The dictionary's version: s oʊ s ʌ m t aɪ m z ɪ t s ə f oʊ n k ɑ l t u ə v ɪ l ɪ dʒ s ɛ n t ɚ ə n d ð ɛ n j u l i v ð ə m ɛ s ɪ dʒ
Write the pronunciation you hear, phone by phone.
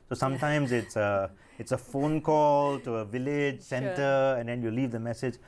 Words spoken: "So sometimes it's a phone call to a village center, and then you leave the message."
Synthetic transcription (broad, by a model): s oʊ s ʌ m t aɪ m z ɪ t s ə f oʊ n k ɑ l t u ə v ɪ l ɪ dʒ s ɛ n t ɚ ə n d ɛ n j u l i v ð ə m ɛ s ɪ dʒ